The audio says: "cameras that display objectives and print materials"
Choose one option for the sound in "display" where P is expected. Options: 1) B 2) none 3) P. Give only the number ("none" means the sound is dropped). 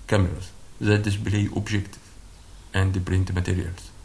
1